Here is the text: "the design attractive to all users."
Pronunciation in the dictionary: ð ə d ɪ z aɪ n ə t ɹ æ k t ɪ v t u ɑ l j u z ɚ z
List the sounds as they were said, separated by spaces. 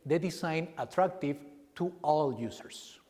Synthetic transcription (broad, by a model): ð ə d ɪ s aɪ n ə t ɹ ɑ k t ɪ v t u ɑ l j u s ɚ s